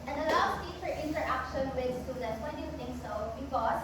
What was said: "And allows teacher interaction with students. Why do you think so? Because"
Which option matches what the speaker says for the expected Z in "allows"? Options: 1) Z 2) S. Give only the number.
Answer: 2